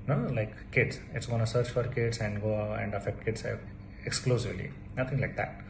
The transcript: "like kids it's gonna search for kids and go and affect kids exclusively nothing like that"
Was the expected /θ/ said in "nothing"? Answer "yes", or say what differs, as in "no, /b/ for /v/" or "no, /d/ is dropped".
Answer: no, /t/ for /θ/